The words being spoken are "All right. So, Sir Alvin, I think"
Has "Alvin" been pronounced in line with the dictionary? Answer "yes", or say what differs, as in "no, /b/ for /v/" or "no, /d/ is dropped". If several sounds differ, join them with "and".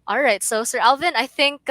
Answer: yes